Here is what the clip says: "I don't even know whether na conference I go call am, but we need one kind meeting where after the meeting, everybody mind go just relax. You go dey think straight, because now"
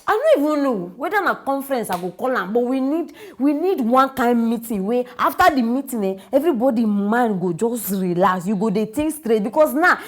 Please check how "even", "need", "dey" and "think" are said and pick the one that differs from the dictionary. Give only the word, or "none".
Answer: think